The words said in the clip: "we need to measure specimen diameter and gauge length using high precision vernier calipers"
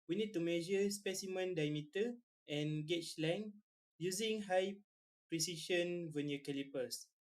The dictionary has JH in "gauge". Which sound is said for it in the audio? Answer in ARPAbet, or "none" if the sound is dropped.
CH